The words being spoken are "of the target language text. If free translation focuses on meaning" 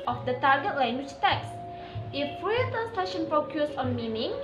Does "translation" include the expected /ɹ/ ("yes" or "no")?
no